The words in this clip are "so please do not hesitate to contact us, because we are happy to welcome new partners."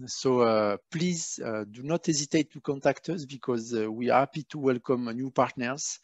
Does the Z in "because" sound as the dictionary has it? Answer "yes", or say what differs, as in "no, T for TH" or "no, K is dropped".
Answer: yes